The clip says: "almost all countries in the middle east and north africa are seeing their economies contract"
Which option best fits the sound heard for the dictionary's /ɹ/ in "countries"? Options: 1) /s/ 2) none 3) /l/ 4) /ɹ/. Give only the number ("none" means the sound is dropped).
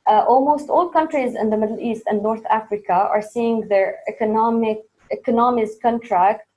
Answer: 4